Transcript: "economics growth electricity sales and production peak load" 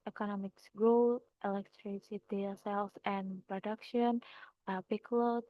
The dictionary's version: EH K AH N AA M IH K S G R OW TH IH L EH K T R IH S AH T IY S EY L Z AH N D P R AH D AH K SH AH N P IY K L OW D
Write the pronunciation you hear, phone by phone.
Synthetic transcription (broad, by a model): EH K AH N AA M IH K S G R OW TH IH L EH K T R IH S AH T IY S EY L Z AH N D P R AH D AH K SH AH N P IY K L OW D